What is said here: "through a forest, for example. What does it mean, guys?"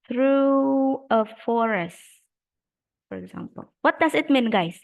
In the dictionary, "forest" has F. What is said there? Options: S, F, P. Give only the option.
F